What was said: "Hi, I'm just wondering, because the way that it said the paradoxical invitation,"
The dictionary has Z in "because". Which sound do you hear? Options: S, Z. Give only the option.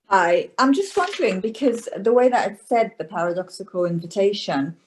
Z